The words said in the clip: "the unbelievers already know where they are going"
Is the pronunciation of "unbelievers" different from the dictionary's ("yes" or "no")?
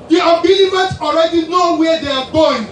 yes